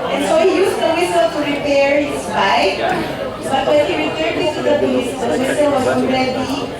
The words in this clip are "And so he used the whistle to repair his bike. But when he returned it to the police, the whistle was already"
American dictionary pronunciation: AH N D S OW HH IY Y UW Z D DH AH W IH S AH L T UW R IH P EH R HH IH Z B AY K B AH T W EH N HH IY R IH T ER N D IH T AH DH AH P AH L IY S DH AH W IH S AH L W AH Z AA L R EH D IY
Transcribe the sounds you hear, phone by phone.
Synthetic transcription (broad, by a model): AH N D S OW HH IY Y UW S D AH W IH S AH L T UW R IH P EH R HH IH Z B AY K B AH T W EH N HH IY R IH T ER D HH IH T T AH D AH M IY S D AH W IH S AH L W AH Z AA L R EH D IY